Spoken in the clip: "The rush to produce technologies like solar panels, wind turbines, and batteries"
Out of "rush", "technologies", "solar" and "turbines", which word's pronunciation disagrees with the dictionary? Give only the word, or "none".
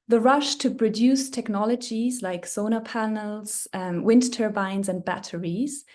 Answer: solar